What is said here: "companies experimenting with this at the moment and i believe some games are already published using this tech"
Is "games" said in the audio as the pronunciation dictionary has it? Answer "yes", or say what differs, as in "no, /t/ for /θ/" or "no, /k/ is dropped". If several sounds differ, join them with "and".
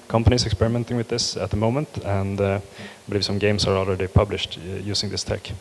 no, /s/ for /z/